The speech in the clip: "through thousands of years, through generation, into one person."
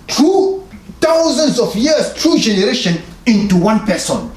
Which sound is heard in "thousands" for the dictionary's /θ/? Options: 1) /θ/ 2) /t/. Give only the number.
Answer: 2